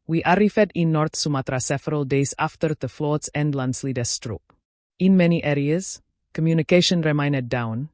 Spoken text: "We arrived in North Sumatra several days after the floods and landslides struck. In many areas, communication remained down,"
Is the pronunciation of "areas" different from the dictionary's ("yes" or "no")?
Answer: no